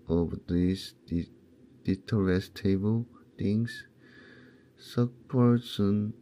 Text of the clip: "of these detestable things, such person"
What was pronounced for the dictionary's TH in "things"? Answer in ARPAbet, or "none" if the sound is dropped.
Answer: T